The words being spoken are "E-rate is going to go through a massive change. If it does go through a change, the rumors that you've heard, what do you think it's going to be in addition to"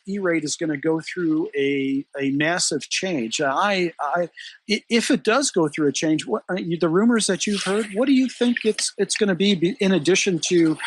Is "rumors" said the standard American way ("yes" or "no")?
yes